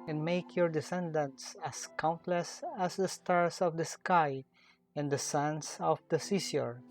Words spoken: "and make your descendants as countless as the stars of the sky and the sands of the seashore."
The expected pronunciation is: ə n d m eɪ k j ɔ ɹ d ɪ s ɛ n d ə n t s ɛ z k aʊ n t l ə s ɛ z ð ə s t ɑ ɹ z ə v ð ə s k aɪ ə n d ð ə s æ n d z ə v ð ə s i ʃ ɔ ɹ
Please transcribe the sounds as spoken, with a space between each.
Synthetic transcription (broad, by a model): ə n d m eɪ k j ɔ ɹ d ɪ s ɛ n d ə n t s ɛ s k aʊ n t l ə s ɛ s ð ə s t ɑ ɹ s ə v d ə s k aɪ ə n d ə s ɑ n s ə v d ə s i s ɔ ɹ